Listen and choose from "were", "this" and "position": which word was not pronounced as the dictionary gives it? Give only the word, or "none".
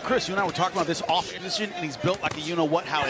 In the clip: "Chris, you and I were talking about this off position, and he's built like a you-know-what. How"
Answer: none